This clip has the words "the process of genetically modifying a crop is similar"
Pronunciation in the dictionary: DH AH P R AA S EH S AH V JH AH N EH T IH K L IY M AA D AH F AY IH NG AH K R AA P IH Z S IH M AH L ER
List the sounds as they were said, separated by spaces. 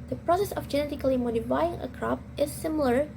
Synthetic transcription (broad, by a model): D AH P R AA S EH S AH F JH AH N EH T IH K L IY M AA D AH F AY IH NG AH K R AA P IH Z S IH M L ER